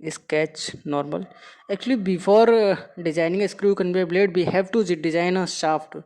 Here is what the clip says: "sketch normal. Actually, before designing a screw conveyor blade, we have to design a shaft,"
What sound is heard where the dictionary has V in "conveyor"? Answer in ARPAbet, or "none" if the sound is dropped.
B